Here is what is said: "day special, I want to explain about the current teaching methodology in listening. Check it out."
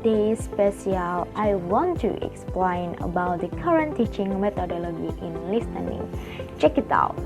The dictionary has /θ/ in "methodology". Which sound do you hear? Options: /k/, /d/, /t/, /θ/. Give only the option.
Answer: /t/